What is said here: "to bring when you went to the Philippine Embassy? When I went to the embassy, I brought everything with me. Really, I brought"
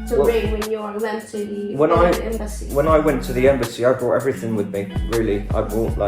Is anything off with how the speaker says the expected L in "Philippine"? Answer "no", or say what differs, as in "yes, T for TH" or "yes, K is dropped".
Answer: yes, N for L